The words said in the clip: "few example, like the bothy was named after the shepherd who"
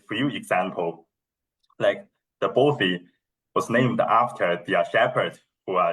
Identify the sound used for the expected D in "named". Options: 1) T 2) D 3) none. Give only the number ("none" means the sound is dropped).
2